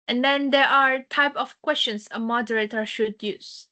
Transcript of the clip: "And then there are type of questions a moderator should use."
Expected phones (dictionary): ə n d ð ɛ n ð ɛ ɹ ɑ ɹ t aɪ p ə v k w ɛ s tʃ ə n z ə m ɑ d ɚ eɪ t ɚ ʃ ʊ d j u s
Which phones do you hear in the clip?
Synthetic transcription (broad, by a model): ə n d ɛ n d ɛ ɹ ɑ ɹ t aɪ p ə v k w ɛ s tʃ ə n s ə m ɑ d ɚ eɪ t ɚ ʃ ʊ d j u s